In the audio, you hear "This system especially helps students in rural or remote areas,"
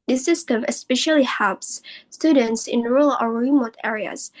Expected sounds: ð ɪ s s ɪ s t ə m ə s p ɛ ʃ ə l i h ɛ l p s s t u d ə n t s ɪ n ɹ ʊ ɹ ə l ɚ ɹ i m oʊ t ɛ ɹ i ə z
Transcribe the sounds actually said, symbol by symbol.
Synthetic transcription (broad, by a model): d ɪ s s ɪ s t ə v ə s p ɛ ʃ ə l i h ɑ p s s t u d ə n t s ɪ n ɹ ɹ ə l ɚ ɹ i m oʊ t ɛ ɹ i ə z